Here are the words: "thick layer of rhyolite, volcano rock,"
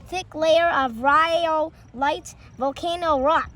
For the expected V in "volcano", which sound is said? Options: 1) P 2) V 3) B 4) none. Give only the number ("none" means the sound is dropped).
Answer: 2